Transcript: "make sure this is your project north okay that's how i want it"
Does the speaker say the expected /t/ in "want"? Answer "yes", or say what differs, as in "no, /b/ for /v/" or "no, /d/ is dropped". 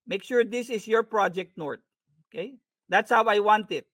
yes